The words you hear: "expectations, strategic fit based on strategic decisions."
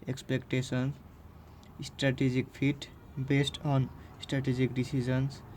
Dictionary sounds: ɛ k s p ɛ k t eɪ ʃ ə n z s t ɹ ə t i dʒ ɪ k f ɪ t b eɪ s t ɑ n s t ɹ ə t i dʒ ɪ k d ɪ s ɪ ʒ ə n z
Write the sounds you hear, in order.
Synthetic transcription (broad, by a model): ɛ k s p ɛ k t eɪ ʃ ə n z s t ɹ ə t i dʒ ɪ k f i t b eɪ s t ɑ n s t ɹ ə t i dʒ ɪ k d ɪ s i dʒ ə n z